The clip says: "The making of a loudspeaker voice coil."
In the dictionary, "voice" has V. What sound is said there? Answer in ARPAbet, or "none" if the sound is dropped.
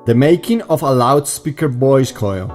B